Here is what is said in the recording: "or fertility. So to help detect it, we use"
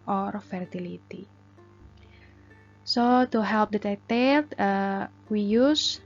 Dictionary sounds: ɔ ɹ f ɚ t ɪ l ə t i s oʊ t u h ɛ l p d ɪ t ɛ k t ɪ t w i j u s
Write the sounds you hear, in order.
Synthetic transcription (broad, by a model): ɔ ɹ f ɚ t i l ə t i s oʊ t u h ɛ l p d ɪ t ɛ t ɪ t w i j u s